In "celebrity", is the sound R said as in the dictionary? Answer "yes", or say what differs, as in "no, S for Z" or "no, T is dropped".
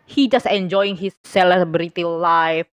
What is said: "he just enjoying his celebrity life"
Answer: yes